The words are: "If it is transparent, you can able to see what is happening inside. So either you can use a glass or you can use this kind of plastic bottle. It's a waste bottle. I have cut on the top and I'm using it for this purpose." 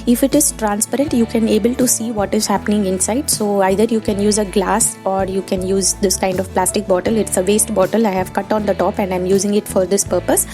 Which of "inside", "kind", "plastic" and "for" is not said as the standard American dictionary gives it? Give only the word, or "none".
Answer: none